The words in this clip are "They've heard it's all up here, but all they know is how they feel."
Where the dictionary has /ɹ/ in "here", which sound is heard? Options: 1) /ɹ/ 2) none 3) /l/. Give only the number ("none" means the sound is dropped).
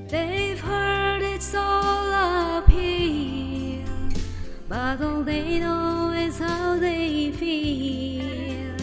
3